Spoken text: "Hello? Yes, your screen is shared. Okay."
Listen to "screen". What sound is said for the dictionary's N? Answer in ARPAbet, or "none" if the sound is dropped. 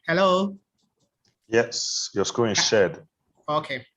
none